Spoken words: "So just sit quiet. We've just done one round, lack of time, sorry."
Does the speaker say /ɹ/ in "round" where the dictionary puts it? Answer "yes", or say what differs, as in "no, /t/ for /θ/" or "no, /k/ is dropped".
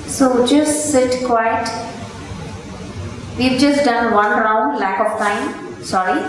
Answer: yes